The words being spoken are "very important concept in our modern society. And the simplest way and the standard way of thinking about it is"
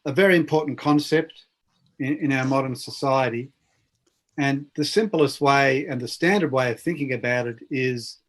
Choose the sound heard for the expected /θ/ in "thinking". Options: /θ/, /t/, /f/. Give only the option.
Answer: /θ/